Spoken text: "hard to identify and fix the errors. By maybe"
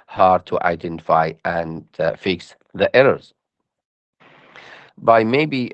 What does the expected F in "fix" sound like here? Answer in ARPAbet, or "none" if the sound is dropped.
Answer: F